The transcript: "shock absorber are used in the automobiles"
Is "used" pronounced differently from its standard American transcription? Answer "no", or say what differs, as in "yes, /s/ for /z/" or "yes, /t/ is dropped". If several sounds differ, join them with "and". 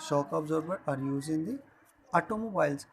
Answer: yes, /d/ is dropped